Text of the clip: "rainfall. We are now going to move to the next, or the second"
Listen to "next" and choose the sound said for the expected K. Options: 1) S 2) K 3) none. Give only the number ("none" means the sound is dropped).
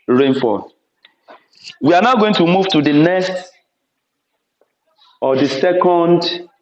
3